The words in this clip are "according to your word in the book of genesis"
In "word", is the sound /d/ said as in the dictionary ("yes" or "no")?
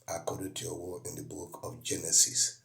no